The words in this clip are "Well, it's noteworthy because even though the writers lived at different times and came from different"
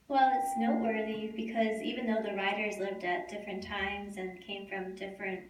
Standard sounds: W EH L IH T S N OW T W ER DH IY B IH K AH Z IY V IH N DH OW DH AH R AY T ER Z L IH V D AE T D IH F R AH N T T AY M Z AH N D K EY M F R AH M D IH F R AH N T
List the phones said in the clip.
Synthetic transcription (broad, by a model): W EH L IH T S N OW T W ER DH IY B IH K AH Z IY V IH N DH OW DH AH R AY T ER Z L IH V D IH T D IH F R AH N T T AY M Z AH N K EY M F R AH M D IH F R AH N T